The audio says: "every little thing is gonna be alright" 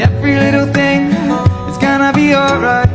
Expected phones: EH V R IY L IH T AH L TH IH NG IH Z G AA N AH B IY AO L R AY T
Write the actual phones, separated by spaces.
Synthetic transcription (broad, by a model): EH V R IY L IH T L TH IH NG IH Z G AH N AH B IY AO L R AY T